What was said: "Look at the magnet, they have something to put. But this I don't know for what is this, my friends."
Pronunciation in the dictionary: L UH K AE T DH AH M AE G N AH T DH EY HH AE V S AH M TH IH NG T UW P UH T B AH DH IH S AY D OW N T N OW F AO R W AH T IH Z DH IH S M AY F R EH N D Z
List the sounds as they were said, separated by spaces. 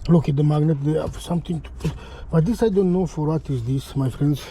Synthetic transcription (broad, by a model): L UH K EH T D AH M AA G N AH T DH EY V S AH M T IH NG T UW B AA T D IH S AY D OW N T N OW F AO R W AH T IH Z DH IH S M AY F R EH N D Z